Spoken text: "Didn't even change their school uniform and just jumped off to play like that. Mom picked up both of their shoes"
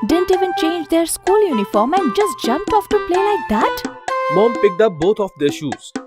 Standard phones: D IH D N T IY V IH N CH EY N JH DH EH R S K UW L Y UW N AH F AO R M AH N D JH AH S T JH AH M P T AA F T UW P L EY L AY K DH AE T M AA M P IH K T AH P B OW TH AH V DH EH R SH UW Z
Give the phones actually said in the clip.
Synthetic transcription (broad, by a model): D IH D N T IY V IH N CH EY N JH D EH R S K UW L Y UW N AH F AO R M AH N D JH AH S T JH AH M P T AA F T UW P L EY L AY K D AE T M AA M P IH K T AH P B OW T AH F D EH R SH UW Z